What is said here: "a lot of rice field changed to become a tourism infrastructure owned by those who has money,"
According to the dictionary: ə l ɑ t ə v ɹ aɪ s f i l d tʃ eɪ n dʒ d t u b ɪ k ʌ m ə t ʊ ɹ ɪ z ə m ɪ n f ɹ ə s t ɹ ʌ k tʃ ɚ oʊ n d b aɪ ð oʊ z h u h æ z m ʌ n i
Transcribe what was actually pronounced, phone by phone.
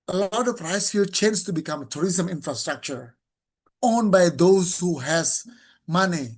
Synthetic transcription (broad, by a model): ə l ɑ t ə p ɹ aɪ s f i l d tʃ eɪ n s t u b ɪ k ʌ m ə t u ɹ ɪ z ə m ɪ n f ɹ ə s t ɹ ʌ k tʃ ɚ oʊ n b aɪ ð oʊ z h u h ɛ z m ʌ n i